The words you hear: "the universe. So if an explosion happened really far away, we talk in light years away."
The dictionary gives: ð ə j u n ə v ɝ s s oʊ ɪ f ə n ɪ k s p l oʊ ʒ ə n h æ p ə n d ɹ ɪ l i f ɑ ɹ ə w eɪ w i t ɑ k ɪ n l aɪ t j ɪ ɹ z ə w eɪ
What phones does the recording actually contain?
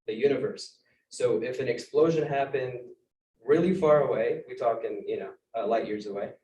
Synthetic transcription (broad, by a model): ð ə j u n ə v ɝ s s oʊ ɪ f ə n ɪ k s p l oʊ ʒ ə n h æ p ə n d ɹ ɪ l i f ɑ ɹ ə w eɪ w i t ɑ k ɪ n l aɪ t j ɪ ɹ z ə w eɪ